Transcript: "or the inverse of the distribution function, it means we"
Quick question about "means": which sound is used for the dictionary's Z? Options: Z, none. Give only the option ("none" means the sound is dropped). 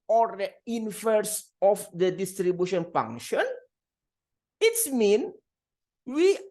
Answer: none